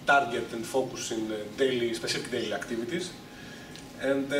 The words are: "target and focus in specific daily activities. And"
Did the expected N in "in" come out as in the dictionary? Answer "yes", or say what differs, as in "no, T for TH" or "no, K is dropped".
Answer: no, L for N